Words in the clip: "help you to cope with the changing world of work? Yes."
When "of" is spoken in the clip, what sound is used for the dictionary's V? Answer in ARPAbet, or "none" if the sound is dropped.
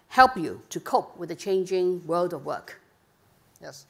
V